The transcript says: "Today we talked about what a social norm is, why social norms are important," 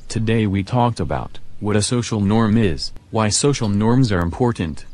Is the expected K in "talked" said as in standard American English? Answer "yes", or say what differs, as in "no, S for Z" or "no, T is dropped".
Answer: yes